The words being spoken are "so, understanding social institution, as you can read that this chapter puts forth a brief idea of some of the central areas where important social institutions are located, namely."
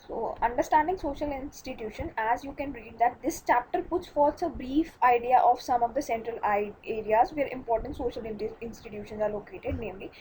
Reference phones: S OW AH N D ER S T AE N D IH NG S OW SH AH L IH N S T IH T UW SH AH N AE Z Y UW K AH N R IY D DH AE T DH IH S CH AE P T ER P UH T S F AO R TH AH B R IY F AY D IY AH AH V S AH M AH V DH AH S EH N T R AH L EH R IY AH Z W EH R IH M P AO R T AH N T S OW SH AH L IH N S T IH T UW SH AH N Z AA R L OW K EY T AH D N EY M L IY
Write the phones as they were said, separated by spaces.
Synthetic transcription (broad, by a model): S OW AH N D ER S T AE N D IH NG S OW SH AH L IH N S T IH T UW SH AH N AE Z Y UW K AH N R IY D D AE T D IH S CH AE P T ER P UH T S F AO R S AH B R IY F AY D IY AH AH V S AH M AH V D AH S EH N T R AH L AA R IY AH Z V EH R IH M P AO R T AH N T S OW SH AH L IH N S T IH T UW SH AH N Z AA R L OW K EY T AH D N EY M L IY